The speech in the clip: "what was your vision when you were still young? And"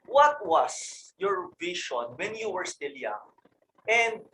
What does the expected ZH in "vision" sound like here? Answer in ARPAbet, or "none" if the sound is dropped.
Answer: SH